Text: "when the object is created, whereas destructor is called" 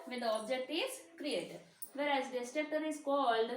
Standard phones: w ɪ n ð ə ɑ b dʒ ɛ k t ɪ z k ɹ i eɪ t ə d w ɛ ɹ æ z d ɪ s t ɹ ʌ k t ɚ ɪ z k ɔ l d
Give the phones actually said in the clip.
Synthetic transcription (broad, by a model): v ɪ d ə ɑ b dʒ ɛ k t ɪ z k ɹ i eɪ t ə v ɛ ɹ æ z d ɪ s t ʌ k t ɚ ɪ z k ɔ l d